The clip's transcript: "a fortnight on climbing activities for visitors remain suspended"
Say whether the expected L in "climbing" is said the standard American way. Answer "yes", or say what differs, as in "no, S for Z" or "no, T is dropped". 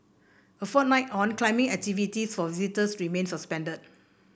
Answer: yes